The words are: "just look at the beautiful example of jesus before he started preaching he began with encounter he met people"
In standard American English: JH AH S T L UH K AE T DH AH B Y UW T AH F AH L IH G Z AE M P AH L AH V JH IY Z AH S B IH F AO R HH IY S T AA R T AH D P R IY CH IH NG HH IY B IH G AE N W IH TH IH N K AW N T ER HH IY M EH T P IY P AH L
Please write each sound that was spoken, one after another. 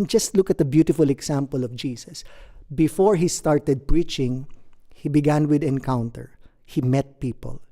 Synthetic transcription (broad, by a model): JH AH S T L UH K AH T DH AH B Y UW T AH F AH L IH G S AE M P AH L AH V JH IY S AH S B IH F AO R HH IY S T AA R T AH D P R IY CH IH NG HH IY B IH G AE N W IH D IH N K AW N T ER HH IY M EH T P IY P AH L